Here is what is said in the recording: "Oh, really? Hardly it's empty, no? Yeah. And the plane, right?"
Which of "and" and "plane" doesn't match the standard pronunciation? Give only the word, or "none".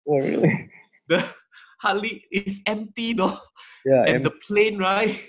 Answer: none